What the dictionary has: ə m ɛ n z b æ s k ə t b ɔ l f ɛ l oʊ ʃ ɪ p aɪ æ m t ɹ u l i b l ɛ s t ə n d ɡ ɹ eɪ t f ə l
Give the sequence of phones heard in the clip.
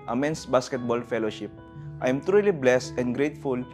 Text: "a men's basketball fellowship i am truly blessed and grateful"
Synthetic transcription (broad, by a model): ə m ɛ n s b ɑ s k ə t b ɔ l f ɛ l oʊ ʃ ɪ p aɪ m t ɹ u l i b l ɛ s t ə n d ɡ ɹ eɪ t f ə l